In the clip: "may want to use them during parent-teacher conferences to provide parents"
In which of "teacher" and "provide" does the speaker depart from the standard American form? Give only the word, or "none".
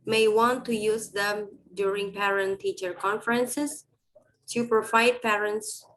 provide